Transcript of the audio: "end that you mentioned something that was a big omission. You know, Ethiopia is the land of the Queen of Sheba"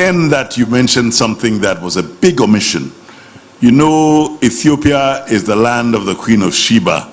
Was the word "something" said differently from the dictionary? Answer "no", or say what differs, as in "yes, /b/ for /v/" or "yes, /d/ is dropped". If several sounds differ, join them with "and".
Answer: no